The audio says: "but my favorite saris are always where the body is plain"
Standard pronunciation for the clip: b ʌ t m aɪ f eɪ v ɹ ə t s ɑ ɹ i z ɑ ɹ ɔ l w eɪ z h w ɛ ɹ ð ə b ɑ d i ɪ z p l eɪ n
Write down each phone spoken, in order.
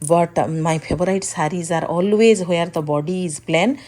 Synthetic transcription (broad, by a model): b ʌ t m aɪ p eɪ b ɹ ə t s ɑ ɹ i z ɑ ɹ ɔ l w eɪ z h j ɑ ɹ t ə b ɑ d i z p l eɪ n